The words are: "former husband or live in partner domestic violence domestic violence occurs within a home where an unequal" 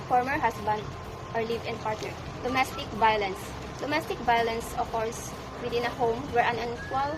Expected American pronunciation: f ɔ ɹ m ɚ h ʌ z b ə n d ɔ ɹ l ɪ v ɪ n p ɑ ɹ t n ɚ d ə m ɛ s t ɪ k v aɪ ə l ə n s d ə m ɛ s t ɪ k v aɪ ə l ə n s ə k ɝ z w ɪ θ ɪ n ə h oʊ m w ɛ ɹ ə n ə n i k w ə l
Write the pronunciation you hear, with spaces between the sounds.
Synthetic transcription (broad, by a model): f ɔ ɹ m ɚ h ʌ s b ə n d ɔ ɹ l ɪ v ɪ n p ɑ ɹ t ɚ d ə m ɛ s t ɪ k v aɪ ə l ə n s d ə m ɛ s t ɪ k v aɪ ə l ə n s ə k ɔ s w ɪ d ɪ n ə h oʊ m w ɛ ɹ ə n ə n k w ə l